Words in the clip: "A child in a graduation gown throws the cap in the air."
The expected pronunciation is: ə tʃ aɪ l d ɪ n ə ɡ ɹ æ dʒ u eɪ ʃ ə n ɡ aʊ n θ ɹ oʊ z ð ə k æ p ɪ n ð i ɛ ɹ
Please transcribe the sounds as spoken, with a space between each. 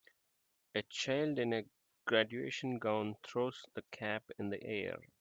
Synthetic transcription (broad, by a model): ə tʃ aɪ l d ɪ n ə ɡ ɹ æ dʒ u eɪ ʃ ə n ɡ aʊ n t ɹ oʊ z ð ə k æ p ɪ n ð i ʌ ɹ